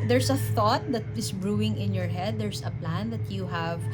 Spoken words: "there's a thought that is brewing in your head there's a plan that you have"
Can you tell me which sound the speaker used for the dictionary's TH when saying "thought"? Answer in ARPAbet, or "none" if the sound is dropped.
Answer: TH